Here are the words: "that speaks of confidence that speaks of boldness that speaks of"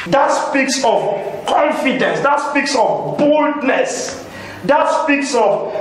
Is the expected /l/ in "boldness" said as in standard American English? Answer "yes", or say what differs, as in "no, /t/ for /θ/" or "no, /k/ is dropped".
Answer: yes